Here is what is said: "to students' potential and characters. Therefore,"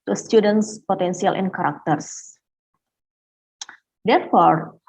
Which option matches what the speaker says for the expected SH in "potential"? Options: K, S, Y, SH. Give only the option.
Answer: S